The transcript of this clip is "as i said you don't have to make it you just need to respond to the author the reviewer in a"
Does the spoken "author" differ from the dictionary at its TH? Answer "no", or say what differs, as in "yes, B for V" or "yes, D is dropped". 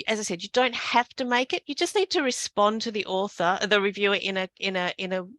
no